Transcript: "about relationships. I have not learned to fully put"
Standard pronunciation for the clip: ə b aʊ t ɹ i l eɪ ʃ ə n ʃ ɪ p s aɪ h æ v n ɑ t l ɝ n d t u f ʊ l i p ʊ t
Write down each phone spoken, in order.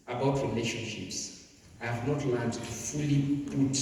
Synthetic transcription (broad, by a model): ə b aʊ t ɹ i l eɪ ʃ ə n ʃ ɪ p s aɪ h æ v n ɑ t l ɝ d t u f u l i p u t